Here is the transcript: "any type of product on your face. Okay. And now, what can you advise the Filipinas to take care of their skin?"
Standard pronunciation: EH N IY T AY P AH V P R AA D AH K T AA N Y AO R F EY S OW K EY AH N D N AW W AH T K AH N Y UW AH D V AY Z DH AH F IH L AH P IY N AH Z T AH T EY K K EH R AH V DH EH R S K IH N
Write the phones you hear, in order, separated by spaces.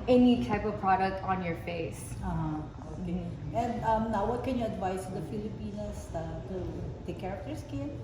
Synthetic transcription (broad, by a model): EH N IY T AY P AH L P R AA D AH K T AA N Y AO R F EY S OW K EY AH N D N AW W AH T K AH N Y UW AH D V AY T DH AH F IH L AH P IY N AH S T AH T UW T K EH R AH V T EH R S K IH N